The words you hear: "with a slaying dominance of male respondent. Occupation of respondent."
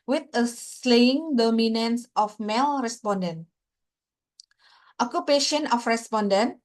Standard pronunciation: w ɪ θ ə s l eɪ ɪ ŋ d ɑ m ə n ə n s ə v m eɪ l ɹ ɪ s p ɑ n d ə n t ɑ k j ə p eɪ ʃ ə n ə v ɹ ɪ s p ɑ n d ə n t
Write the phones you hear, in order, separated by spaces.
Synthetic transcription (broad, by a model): w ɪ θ ə s l eɪ ɪ ŋ d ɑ m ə n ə n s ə f m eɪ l ɹ ɪ s p ɑ n d ə n t ɑ k j ə p eɪ ʃ ə n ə f ɹ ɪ s p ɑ n d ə n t